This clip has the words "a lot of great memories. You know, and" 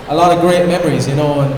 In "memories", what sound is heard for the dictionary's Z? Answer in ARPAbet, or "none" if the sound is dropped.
Z